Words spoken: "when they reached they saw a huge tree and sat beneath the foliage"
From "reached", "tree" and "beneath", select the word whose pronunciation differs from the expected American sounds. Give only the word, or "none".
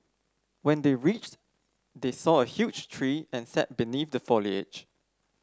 none